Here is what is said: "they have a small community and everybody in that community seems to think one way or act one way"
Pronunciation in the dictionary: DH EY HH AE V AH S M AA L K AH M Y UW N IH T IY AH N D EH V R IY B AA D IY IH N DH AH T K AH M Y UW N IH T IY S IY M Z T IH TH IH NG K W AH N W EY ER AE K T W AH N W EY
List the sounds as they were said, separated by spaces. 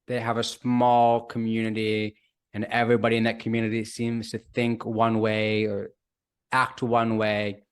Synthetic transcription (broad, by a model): DH EY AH V AH S M AA L K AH M Y UW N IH T IY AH N EH V R IY B AA D IY IH N DH AH T K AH M Y UW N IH T IY S IY M Z T IH TH IH NG K W AH N W EY ER AE K T W AH N W EY